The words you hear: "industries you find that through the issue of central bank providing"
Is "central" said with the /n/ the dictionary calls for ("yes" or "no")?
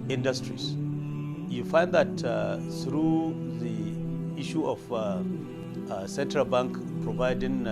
yes